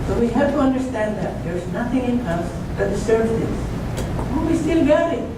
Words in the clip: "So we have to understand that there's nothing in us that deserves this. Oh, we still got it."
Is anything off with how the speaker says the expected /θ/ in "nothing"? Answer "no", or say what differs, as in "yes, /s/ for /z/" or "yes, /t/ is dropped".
no